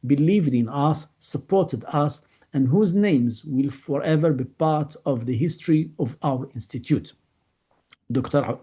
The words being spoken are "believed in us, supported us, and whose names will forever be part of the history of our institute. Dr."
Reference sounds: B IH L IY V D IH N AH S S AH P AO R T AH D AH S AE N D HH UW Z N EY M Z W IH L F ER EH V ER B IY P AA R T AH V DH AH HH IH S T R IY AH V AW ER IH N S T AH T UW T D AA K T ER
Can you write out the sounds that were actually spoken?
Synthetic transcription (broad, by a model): B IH L IY V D IH N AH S S AH P AO R T AH D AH S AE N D HH UW Z N EY M Z W IH L F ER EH V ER B IY P AA R T AH V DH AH HH IH S T R IY AH V AW ER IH N S T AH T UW T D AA K T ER